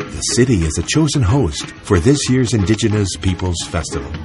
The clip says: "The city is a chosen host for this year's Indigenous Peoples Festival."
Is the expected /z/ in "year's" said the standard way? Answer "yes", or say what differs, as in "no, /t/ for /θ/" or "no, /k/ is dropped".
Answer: yes